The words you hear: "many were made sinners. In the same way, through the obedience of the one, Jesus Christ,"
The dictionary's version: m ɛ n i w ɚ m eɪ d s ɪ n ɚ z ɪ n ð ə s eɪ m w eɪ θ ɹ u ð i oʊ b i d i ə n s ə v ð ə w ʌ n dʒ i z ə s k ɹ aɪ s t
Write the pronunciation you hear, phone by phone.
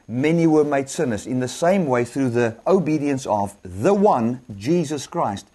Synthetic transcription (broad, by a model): m ɛ n i w ɚ m eɪ d s ɪ n ɚ z ɪ n ð ə s eɪ m w eɪ θ ɹ u ð i oʊ b i d i ə n s ə v ð ə w ʌ n dʒ i z ə s k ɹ aɪ s t